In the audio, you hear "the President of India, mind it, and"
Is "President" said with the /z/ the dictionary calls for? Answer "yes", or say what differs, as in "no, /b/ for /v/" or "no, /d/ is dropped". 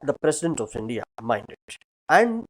no, /s/ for /z/